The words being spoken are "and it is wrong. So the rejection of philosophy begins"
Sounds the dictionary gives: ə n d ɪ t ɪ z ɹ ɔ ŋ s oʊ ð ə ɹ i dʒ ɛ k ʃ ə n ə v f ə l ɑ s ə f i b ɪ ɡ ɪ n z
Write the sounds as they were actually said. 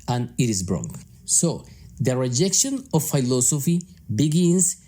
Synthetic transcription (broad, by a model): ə n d ɪ t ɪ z ɹ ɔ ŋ s oʊ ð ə ɹ i dʒ ɛ k ʃ ə n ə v f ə l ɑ s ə f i b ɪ ɡ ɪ n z